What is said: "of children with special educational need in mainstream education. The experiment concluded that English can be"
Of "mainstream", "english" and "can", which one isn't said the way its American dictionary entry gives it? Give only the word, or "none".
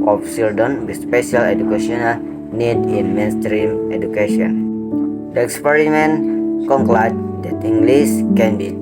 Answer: english